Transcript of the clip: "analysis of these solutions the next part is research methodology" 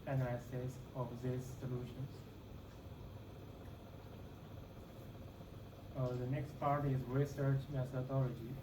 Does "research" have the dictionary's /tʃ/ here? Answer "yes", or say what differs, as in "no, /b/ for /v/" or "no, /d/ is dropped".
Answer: yes